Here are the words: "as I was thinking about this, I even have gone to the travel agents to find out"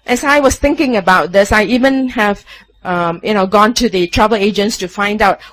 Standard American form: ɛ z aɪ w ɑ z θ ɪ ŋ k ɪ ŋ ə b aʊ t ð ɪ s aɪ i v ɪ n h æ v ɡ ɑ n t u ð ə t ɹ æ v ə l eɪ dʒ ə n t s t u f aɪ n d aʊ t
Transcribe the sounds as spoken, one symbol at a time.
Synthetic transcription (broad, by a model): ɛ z aɪ w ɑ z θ ɪ ŋ k ɪ ŋ ə b aʊ t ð ɪ s aɪ i v ɪ n h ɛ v ɡ ɑ n t u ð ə t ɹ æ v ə l eɪ dʒ ə n t s t u f aɪ n d aʊ t